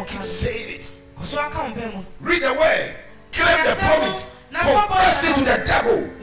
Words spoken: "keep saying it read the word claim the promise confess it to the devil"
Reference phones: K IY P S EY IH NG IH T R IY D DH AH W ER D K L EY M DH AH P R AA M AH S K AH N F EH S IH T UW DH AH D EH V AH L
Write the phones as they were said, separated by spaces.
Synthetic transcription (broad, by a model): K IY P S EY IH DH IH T R IY D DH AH W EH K L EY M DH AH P R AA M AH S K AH F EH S IH T UW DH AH D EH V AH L